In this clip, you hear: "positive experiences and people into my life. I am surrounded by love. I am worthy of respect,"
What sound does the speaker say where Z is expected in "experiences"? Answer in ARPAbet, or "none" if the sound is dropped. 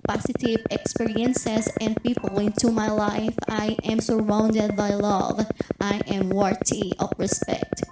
S